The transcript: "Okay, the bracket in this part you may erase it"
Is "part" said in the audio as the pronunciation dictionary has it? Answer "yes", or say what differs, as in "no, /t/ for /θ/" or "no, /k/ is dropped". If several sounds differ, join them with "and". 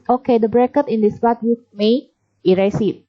no, /b/ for /p/